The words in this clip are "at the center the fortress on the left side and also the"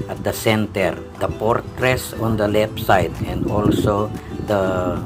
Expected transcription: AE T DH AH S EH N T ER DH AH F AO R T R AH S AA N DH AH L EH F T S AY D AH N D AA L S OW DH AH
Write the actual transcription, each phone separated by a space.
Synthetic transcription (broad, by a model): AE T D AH S EH N T ER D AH P AO R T R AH S AA N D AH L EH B S AY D AH N D AA L S OW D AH